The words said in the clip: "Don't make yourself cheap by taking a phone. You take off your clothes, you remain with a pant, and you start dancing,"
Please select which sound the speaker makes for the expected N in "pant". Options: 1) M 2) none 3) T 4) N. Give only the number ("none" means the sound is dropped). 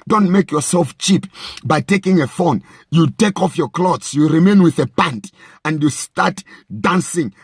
4